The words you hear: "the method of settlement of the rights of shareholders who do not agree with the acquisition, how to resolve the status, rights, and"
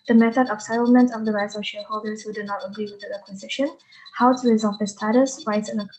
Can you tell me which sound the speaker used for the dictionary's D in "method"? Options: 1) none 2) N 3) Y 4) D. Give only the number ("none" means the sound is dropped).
4